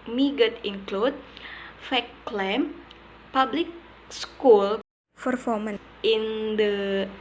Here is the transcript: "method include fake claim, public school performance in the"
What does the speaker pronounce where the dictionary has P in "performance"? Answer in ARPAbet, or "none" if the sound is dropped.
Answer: F